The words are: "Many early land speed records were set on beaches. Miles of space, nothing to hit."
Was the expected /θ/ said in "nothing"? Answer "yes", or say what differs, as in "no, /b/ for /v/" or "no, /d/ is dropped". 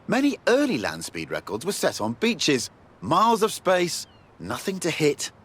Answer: yes